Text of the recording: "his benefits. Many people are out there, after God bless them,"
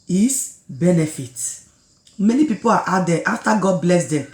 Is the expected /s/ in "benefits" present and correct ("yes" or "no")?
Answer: no